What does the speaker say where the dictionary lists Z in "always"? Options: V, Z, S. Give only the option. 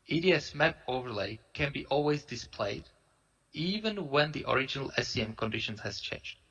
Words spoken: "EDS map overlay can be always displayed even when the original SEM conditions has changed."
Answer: Z